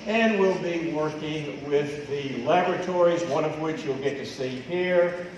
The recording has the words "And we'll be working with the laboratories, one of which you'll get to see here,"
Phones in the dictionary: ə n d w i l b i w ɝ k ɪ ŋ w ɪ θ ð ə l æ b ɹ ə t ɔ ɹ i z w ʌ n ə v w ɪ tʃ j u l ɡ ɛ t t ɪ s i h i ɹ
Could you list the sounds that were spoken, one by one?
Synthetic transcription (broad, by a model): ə n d w i l b i w ɝ k ɪ ŋ w ɪ ð ə l æ b ɹ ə t ɔ ɹ i z w ʌ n ə v w ɪ tʃ j u l ɡ ɛ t t ɪ s i h i ɹ